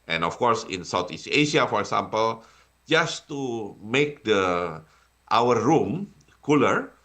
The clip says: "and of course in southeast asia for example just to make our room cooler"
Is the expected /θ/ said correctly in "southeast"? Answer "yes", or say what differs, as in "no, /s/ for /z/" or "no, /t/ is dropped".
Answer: no, /t/ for /θ/